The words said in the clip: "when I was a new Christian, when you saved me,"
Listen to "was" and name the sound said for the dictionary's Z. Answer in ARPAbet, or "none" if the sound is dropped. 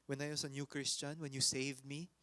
S